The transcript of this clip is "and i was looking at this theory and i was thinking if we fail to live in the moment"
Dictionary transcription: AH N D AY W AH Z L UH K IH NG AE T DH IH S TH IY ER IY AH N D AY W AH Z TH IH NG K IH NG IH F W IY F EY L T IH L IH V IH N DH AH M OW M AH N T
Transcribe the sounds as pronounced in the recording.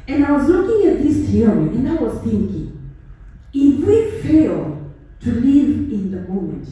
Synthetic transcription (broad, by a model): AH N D AY W AH Z L UH K IH NG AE T DH IH S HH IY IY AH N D AY W AH Z TH IH NG K IH NG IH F W IY F EY L T IH L IH V IH N DH AH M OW M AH N T